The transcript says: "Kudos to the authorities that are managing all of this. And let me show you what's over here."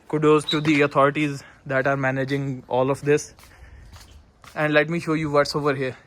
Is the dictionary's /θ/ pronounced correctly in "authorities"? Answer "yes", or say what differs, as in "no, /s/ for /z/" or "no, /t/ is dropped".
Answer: no, /t/ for /θ/